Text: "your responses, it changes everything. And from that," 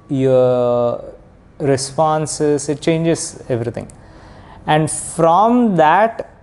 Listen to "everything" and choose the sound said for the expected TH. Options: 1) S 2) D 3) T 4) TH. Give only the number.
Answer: 3